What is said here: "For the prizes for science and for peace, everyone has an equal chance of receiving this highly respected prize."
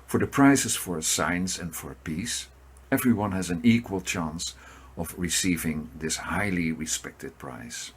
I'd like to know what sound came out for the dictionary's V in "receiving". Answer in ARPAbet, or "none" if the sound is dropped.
V